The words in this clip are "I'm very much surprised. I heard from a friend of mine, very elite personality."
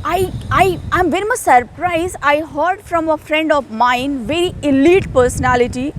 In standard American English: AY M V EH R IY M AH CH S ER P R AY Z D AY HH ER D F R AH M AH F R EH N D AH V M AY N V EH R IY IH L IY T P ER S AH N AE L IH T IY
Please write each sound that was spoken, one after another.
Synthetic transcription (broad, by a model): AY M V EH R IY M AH S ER P R AY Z AY HH ER D F R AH M AH F R EH N D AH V M AY N V EH R IY IH L IY T P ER S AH N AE L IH T IY